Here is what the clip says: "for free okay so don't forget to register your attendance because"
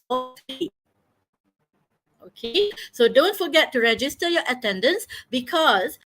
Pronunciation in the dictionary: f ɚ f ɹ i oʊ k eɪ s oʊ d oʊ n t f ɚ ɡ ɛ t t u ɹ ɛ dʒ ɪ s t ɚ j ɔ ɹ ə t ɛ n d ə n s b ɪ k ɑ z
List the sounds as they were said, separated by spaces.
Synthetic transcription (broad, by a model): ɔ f i oʊ k eɪ s oʊ d oʊ n t f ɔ ɡ ɛ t t u ɹ ɛ dʒ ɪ s t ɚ j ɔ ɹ ə t ɛ n d ə n s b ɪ k ɑ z